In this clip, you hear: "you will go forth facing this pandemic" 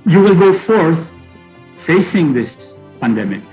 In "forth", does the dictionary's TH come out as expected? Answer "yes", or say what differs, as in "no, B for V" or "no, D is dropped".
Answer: yes